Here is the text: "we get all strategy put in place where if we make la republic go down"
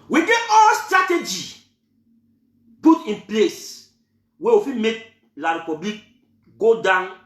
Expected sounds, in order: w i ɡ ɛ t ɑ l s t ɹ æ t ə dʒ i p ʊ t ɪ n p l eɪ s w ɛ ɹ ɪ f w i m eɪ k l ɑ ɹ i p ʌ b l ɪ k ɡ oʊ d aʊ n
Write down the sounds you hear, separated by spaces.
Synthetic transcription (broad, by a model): w i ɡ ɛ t ɑ l s t ɹ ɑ t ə dʒ i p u t ɪ n p l eɪ s w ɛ w ɪ f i m eɪ k l ɑ ɹ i p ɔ b l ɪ k ɡ oʊ d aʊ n